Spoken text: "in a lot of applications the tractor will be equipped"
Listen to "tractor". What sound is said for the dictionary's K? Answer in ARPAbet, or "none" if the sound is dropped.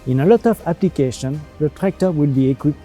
K